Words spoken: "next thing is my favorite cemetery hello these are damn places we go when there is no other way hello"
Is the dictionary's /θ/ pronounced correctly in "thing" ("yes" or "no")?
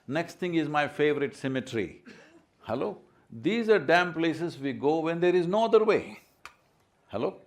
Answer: no